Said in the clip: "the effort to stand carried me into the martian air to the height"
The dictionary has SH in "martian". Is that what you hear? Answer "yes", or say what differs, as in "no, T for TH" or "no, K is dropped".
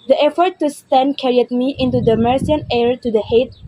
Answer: no, S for SH